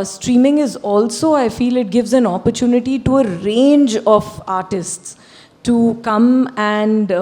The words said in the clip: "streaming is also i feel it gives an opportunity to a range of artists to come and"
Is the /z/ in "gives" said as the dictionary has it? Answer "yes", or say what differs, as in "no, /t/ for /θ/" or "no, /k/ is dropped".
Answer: yes